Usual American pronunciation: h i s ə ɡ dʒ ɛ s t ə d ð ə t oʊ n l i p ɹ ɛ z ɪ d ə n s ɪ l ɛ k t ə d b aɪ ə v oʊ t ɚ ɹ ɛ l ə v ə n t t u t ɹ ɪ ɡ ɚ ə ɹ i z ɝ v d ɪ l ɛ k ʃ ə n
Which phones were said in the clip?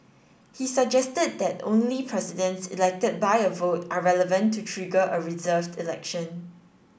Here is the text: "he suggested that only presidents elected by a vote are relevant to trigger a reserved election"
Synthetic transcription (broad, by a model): h i s ə ɡ dʒ ɛ s t ə d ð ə t oʊ n l i p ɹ ɛ s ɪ d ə n s ɪ l ɛ k t ə d b aɪ ə v oʊ t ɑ ɹ ɛ l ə v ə n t t u t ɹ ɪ ɡ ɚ ə ɹ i z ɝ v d ɪ l ɛ k ʃ ə n